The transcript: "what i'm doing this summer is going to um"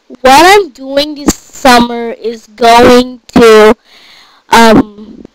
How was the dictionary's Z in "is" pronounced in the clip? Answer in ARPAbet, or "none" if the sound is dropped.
Z